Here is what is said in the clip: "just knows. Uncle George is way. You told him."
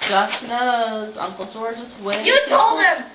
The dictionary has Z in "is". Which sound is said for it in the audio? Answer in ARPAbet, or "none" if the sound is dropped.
S